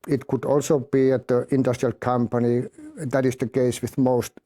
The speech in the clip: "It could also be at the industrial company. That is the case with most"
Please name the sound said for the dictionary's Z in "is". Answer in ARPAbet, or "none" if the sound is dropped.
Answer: S